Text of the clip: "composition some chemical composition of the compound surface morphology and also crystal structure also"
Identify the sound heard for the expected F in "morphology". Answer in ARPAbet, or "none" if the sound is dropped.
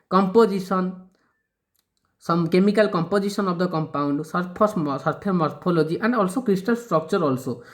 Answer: P